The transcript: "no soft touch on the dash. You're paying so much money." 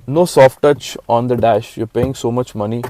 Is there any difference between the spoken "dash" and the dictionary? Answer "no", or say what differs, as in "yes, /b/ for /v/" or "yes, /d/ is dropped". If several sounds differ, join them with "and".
no